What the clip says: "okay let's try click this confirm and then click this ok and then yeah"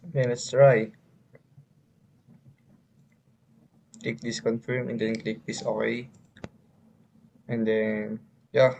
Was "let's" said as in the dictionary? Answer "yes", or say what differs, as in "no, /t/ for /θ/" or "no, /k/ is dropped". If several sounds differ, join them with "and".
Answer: no, /n/ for /l/